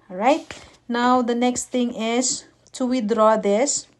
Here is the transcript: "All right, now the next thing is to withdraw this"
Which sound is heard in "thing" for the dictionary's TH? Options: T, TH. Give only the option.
T